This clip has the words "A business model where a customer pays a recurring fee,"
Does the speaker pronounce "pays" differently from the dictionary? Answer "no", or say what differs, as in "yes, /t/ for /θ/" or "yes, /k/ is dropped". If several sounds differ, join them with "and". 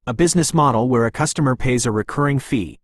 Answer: no